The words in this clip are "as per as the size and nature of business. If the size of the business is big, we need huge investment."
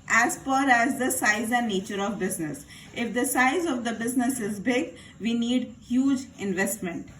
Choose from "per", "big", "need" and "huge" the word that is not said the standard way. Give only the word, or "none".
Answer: per